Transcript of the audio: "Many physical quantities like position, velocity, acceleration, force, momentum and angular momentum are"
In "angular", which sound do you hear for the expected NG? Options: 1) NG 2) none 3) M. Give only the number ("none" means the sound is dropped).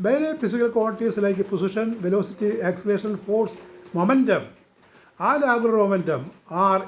2